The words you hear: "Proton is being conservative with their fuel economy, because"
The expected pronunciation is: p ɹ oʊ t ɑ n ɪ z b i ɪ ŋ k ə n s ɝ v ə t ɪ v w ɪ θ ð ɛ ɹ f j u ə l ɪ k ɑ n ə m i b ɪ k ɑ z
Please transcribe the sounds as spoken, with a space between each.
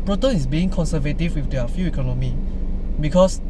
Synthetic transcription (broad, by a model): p ɹ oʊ t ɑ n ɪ s b i ɪ ŋ k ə n s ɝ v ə t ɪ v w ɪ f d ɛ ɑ f j u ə k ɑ n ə m i b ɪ k ɑ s